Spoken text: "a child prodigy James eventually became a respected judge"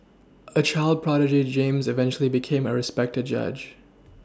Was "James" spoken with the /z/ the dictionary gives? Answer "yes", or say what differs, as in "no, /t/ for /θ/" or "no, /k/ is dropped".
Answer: yes